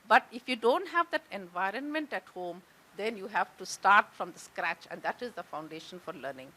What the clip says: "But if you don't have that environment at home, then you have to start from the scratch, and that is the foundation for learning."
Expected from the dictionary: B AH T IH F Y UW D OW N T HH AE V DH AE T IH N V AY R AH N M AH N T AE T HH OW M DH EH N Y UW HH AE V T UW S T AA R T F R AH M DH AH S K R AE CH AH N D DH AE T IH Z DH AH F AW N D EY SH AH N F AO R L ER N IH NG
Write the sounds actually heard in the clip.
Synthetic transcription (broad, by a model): B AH T IH F Y UW D OW N T HH AE V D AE T IH N V AY R AH N M AH N T AE T HH OW M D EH N Y UW HH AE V T UW S T AA R T F R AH M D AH S K R AE CH AH N D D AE T IH Z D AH F AW N D EY SH AH N F AO R L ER N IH NG